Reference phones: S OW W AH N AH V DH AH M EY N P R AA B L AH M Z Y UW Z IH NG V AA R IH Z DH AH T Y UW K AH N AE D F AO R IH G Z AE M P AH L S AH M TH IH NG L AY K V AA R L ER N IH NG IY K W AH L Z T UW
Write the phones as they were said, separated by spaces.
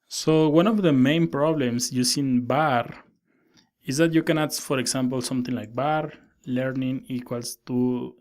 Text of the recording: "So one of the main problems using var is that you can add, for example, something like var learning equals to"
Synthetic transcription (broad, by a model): S OW W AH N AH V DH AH M EY N P R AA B L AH M S Y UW S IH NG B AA R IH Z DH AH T Y UW K AH N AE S F AO R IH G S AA M P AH L S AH M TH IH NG L AY K B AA R L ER N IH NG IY K W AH L S T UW